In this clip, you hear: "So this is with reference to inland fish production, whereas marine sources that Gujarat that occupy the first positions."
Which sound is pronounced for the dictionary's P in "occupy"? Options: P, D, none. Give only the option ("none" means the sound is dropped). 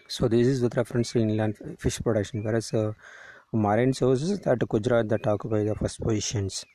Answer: none